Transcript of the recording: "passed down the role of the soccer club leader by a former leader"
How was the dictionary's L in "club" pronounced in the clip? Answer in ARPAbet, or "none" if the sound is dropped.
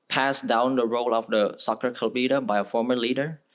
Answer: none